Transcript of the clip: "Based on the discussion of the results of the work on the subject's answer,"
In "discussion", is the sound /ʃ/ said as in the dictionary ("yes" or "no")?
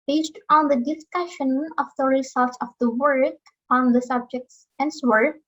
yes